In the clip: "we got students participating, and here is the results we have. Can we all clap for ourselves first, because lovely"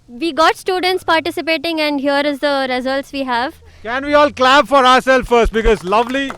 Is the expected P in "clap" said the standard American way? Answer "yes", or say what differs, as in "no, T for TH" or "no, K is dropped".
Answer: no, B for P